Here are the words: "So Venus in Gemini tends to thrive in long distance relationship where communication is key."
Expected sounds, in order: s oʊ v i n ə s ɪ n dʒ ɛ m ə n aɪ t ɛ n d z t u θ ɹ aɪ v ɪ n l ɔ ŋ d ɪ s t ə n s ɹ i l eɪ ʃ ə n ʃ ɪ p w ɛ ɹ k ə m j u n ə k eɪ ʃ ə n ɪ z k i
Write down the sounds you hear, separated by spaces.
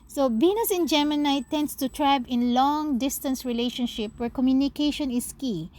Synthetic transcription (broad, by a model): s oʊ b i n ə s ɪ n dʒ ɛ m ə n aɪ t ɛ n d s t u t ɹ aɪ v ɪ n l ɔ ŋ d ɪ s t ə n s ɹ i l eɪ ʃ ə n ʃ ɪ p w ɛ ɹ k ə m j u n ə k eɪ ʃ ə n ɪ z k i